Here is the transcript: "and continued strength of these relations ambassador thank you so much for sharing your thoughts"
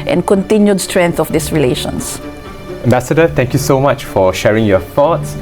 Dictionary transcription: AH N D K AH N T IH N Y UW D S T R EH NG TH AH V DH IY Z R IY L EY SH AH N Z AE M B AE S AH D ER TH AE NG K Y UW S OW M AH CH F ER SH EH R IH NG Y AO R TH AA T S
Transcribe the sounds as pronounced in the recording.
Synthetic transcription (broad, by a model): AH N K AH N T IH N Y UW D S T R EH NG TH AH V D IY S R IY L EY SH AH N S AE M B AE S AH D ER T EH NG K Y UW S OW M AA CH F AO SH EH R IH NG Y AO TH AA T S